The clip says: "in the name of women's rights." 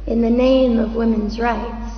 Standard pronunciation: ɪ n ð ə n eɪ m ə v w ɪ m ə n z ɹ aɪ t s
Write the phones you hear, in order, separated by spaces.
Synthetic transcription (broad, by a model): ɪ n ð ə n eɪ m ə v w ɪ m ə n z ɹ aɪ t s